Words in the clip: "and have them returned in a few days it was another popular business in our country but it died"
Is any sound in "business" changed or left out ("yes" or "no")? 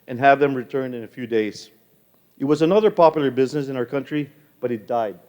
no